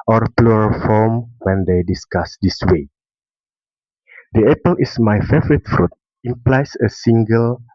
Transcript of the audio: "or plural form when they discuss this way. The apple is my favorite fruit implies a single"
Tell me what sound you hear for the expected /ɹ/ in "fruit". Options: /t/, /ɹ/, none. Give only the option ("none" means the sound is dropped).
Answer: /ɹ/